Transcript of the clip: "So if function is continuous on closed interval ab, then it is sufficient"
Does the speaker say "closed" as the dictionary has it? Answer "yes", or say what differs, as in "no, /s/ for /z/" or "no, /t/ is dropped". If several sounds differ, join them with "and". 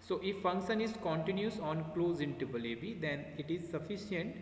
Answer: no, /d/ is dropped